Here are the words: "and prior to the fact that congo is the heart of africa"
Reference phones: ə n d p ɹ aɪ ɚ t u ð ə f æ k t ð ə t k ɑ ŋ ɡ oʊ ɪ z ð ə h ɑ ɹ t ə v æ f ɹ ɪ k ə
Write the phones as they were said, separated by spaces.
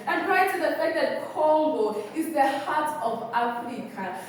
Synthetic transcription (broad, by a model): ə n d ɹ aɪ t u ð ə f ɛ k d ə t k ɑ ɡ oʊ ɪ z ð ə h ɑ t ə v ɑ f ɹ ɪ k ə